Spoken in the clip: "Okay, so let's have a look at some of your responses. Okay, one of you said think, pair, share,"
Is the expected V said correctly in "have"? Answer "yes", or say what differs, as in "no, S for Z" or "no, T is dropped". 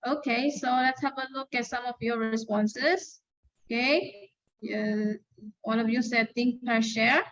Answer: no, P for V